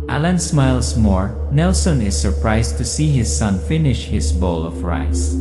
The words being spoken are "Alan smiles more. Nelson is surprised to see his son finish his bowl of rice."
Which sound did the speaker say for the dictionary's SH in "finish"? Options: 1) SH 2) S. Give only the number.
1